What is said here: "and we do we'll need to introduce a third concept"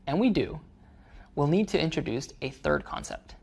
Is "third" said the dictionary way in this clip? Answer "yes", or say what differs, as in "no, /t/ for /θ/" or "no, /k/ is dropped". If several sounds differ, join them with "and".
yes